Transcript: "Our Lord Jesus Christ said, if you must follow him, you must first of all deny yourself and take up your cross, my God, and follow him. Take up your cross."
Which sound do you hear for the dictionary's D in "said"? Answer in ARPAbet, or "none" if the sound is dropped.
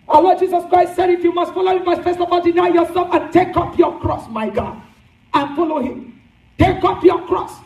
D